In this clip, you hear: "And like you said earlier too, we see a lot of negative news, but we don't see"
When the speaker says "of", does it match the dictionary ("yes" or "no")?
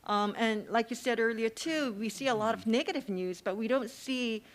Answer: yes